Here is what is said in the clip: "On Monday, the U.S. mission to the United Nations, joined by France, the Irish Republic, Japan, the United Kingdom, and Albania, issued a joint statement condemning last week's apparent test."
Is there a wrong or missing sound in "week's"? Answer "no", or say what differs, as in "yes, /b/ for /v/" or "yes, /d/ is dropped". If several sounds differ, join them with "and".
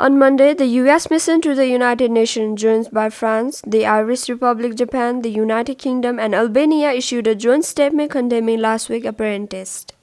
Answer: yes, /s/ is dropped